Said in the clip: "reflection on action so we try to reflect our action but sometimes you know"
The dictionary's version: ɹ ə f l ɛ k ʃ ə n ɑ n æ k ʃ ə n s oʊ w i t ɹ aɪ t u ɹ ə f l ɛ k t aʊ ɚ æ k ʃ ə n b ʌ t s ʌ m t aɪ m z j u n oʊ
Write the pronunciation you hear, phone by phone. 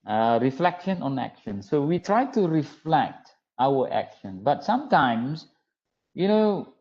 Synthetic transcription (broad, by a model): ɹ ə f l ɛ k ʃ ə n ɑ n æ k ʃ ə n s oʊ w i t ɹ aɪ t u ɹ ə f l ɛ k t aʊ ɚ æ k ʃ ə n b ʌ t s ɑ m t aɪ m s j u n oʊ